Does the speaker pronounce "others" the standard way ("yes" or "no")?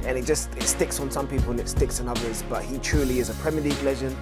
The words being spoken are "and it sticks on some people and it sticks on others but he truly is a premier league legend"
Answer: yes